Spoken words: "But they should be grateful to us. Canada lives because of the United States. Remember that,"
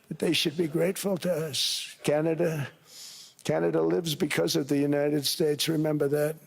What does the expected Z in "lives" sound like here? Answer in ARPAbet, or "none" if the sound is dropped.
Z